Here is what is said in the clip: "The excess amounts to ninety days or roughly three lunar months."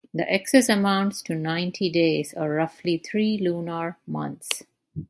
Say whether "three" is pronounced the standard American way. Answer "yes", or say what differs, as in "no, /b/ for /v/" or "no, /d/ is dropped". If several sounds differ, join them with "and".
no, /t/ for /θ/